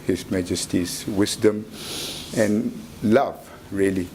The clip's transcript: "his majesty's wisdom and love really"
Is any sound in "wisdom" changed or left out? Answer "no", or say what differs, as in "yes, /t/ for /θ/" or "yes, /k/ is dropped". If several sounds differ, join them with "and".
yes, /s/ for /z/